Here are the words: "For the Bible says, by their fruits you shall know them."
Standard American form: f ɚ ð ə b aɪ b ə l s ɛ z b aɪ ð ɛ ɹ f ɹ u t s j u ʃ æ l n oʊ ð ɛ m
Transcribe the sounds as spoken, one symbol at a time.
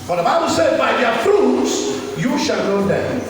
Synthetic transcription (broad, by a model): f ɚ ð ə b aɪ b ə l s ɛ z b aɪ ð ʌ f ɹ u t s j u ʃ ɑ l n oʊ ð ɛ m